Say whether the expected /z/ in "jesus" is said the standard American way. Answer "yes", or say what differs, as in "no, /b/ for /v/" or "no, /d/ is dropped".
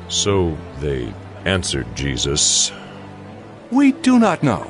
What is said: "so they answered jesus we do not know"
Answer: yes